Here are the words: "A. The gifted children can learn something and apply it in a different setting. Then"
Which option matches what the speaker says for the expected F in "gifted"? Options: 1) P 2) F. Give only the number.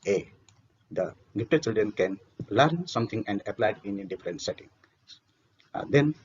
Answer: 1